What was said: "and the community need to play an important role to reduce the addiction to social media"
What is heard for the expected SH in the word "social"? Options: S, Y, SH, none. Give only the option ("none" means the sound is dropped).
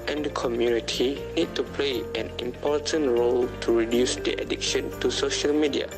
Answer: SH